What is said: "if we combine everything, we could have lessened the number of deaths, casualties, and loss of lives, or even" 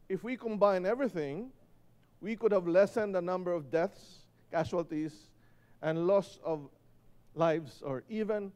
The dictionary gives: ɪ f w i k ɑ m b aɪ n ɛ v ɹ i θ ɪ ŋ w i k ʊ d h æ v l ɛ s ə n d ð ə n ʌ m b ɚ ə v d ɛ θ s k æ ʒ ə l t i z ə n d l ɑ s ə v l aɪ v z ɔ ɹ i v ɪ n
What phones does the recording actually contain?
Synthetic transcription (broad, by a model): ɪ f w i k ɑ m b aɪ n ɛ v ɹ i θ ɪ ŋ w i k ʊ d h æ v l ɛ s ə n d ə n ʌ m b ɚ ə v d ɛ θ s k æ ʃ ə l t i s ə n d l ɑ s ə v l aɪ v s ɔ ɹ i v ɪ n